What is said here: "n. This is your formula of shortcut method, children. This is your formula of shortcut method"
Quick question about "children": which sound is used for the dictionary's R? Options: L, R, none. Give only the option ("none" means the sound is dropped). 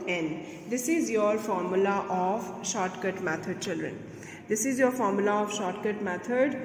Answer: R